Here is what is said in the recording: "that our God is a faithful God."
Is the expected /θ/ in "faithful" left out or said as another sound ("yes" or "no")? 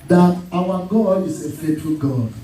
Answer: yes